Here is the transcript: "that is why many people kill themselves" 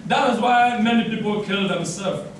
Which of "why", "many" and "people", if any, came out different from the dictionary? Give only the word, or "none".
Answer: none